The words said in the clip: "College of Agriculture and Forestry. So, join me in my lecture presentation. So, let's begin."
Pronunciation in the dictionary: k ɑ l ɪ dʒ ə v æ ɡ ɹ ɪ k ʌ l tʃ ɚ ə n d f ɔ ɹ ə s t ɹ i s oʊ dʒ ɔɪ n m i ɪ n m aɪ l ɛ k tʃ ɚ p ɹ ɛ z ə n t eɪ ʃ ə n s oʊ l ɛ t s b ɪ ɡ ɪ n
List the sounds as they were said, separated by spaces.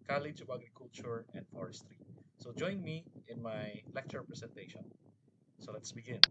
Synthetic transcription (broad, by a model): k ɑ l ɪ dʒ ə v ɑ ɡ ɹ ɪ k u l tʃ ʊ ə n d f ɔ ɹ ə s t ɹ i s oʊ dʒ ɔɪ n m i ɪ n m aɪ l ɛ k tʃ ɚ p ɹ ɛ s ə n t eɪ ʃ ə n s oʊ l ɛ t s b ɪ ɡ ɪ n